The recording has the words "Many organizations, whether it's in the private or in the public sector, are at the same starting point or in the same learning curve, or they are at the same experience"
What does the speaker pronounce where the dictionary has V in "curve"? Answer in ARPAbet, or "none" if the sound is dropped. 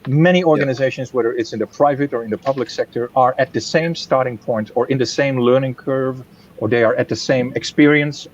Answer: V